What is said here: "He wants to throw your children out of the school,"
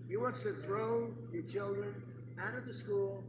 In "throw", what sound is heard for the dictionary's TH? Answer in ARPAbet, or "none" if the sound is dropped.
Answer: TH